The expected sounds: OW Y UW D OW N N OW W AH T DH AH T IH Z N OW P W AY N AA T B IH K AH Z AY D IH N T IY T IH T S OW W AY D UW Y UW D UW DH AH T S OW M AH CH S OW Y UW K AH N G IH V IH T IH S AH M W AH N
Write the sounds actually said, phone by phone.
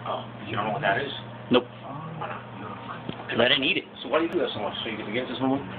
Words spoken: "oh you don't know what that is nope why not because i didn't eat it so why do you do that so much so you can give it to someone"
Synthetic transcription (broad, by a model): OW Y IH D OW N N OW W AH T DH AH T IH Z N OW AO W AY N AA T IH AH AY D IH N IY T IH T S OW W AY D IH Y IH D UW DH AH T S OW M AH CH S OW Y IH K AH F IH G IH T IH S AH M W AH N